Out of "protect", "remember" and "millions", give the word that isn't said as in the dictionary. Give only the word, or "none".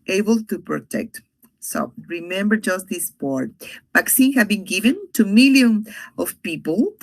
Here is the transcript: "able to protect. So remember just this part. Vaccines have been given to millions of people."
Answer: millions